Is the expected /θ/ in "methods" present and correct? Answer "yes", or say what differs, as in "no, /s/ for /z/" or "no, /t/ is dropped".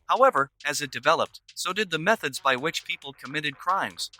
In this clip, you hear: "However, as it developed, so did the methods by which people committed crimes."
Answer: yes